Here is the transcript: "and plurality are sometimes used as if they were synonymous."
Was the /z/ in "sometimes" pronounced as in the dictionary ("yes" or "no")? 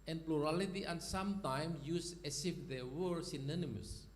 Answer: no